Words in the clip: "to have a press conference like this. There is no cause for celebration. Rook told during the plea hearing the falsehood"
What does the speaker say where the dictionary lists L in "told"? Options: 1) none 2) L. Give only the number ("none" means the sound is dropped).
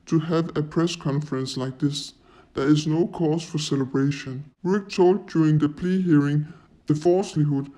2